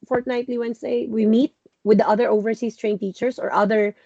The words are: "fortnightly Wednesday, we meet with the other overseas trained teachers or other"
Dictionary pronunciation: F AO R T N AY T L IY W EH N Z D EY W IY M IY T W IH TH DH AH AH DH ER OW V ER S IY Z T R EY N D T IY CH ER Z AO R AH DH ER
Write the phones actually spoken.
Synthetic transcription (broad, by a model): F AO R T N AY T L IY W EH N S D EY W IY M IY T W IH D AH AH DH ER OW V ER S IY S T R EY N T IY CH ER S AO R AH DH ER